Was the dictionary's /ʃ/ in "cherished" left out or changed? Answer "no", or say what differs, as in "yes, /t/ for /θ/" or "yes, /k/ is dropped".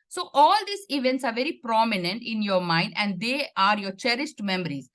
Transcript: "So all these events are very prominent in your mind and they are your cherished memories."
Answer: yes, /s/ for /ʃ/